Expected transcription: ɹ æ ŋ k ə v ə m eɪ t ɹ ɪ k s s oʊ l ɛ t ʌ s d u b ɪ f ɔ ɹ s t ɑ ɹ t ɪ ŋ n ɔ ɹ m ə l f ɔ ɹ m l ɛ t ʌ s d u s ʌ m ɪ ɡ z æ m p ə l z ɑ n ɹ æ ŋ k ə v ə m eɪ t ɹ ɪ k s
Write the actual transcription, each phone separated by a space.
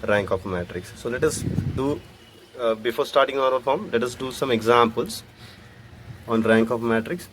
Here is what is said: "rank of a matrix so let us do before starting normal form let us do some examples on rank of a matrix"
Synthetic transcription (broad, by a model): ɹ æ ŋ k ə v m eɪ t ɹ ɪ k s s oʊ l ɛ t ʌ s d u b ɪ f ɔ ɹ s t ɑ ɹ t ɪ ŋ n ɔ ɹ ə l f ɔ ɹ m l ɛ t ʌ s d u s ʌ m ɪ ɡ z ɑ m p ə l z ɑ n ɹ æ ŋ k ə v m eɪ t ɹ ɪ k s